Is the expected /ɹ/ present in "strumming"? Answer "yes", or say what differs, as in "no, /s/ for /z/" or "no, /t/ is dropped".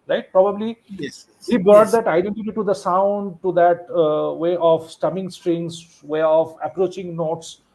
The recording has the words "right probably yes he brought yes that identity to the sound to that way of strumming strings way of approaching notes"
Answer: no, /ɹ/ is dropped